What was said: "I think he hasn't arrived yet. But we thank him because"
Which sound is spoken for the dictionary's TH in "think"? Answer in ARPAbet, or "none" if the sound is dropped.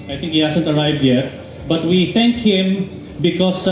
T